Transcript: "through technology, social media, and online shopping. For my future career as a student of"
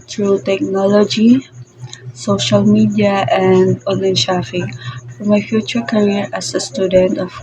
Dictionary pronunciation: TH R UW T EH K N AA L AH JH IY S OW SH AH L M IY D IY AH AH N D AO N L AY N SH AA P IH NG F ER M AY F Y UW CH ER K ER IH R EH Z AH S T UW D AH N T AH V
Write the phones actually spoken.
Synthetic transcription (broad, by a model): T R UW T EH K N AA L AH JH IY S OW SH AH L M IY D IY AH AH N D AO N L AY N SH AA F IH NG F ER M AY F Y UW CH ER K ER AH R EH S AH S T UW D AH N T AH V